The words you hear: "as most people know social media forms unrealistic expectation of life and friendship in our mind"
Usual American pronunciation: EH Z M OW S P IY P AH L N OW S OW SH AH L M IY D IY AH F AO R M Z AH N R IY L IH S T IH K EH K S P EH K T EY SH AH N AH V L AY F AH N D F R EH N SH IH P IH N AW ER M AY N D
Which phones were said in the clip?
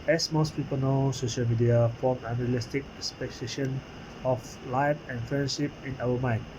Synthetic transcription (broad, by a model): EH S M OW S P IY P AH L N OW S OW SH AH L M IY D IY AH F AO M AH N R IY L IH S T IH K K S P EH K S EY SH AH N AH F L AY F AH N F R EH N SH IH P IH N AW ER M AY N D